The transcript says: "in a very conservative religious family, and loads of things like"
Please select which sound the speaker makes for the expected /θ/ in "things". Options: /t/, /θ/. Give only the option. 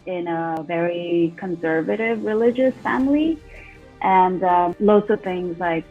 /θ/